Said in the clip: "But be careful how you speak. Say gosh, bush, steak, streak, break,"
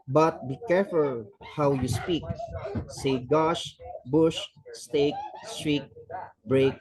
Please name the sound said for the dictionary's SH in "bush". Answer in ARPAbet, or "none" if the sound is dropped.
SH